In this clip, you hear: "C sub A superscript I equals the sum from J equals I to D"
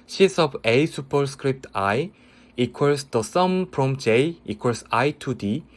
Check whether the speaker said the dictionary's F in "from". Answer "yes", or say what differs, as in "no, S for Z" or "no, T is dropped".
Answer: no, P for F